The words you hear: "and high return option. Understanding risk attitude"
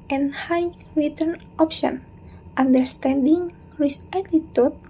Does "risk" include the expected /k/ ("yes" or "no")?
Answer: no